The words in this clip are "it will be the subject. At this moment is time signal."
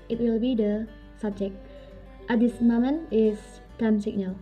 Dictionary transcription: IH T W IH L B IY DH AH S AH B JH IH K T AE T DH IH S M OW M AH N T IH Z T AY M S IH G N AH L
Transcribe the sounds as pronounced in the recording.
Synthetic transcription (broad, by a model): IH T W IH L B IY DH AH S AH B JH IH K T T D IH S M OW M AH N IH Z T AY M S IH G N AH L